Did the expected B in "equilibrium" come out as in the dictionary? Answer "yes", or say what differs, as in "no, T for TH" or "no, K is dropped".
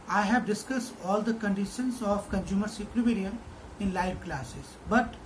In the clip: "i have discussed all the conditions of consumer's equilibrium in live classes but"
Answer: no, B is dropped